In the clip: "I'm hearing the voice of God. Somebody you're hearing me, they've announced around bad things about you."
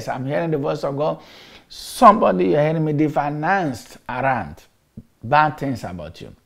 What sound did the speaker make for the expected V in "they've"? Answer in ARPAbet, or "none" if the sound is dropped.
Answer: F